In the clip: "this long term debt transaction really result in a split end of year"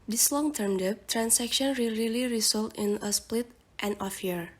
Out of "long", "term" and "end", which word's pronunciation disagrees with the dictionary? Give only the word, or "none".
end